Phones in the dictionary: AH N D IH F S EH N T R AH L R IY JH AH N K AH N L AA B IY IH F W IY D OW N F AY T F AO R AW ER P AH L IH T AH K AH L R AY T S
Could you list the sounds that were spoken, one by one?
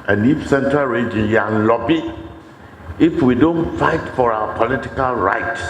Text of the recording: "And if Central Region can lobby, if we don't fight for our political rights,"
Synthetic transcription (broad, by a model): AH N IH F S EH N T R AH L R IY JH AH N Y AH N L AA B IY IH F W IY D OW N F AY T F AO R AW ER P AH L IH T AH K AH L R AY T S